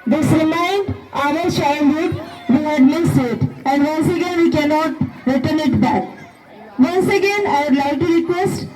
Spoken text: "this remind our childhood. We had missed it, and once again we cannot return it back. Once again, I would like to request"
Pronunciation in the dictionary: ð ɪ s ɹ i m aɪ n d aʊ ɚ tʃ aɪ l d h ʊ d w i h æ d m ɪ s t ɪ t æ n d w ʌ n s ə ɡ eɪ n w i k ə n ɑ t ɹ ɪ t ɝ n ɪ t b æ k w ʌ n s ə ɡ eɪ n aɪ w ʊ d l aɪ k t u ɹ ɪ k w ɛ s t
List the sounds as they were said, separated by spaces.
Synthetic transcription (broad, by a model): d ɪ s ɹ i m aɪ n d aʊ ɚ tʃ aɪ n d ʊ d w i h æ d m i s ɪ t æ n d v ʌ n s ə ɡ eɪ n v i k ə n ɑ t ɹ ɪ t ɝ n ɪ t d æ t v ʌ n s ə ɡ eɪ n aɪ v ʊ d l aɪ k t u ɹ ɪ k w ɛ s t